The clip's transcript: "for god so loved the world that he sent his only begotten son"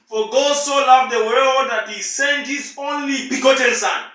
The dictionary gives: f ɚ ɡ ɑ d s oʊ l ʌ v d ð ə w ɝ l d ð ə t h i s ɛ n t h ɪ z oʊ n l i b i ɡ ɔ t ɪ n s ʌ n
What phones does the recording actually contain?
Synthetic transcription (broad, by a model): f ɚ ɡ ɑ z s oʊ l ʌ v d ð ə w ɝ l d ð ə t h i s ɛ n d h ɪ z oʊ n l i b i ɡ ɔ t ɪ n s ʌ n